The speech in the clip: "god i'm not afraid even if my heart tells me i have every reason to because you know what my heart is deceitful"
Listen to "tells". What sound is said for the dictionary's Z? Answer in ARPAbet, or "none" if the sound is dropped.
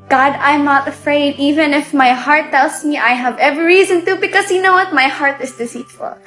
S